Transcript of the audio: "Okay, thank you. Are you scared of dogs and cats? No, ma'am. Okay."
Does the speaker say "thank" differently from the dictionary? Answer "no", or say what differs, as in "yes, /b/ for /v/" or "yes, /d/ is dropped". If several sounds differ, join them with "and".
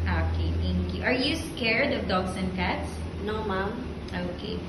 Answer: yes, /t/ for /θ/